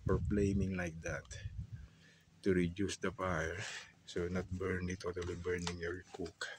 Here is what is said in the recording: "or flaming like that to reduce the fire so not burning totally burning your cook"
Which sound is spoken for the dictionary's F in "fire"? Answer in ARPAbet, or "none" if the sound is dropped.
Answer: P